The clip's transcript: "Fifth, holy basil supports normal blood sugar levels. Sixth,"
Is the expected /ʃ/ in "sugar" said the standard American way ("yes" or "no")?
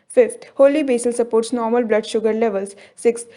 yes